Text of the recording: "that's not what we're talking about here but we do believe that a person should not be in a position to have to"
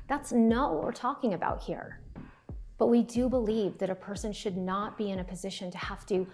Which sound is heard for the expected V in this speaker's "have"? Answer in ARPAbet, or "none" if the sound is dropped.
F